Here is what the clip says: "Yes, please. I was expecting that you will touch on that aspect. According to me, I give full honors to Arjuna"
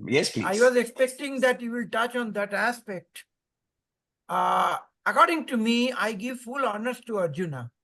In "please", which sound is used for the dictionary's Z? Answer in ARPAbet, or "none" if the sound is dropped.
none